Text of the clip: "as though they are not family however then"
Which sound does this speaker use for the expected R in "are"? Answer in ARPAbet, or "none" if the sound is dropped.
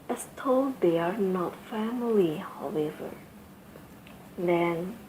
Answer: R